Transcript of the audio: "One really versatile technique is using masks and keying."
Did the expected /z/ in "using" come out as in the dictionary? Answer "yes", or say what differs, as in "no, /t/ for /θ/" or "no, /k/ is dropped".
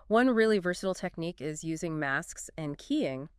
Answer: yes